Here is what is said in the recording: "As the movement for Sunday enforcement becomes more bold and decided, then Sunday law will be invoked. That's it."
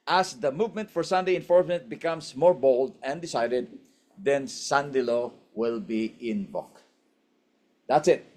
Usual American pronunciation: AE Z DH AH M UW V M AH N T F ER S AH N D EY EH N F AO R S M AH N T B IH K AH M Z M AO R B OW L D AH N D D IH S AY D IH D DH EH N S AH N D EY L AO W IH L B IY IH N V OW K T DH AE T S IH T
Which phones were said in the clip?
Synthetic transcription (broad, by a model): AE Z DH AH M UW V M AH N T F ER S AH N D EY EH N F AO R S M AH N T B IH K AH M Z M AO R B OW L D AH N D D IH S AY D IH D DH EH N S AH N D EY L AO W IH L B IY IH N B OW K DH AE T S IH T